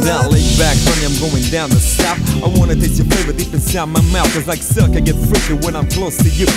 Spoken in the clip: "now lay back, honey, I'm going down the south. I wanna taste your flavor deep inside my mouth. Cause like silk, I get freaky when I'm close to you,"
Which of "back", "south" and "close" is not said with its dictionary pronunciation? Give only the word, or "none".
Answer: south